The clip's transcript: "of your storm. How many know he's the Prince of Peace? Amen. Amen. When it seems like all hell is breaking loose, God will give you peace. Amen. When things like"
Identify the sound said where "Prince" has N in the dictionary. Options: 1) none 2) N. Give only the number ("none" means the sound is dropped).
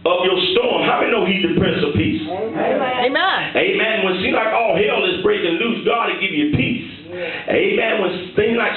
1